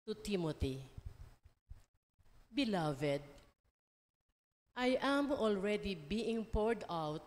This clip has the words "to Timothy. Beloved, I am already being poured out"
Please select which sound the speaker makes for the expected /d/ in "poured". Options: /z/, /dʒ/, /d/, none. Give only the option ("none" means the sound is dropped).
/d/